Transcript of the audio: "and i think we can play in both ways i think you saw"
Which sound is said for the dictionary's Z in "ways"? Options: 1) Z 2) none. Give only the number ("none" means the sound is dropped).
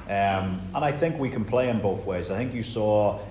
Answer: 1